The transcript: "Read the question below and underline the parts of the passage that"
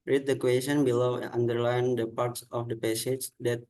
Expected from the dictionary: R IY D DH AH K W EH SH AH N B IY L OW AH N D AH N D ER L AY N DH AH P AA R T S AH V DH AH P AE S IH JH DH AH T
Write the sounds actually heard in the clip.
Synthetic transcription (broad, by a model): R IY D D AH K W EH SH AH N B IY L OW AH N D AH D L AY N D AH P AA R T S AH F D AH P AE S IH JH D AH T